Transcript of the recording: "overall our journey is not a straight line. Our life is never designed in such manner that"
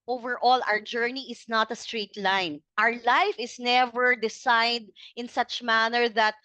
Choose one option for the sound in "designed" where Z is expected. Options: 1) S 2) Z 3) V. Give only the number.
1